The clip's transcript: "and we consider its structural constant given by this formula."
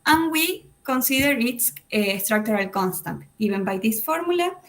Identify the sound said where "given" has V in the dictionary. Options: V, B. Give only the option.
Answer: B